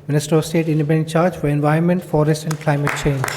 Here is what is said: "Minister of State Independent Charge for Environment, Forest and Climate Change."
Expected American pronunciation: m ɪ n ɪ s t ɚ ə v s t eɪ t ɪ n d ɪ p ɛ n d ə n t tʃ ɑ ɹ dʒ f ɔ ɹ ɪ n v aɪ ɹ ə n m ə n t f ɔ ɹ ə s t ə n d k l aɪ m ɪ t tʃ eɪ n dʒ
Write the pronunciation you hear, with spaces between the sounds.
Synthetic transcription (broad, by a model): m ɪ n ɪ s t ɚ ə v s t eɪ t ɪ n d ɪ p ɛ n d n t tʃ ɑ ɹ dʒ f ɔ ɹ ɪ n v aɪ ə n m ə n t f ɔ ɹ ə s t ə n d k l aɪ m ɪ t tʃ eɪ n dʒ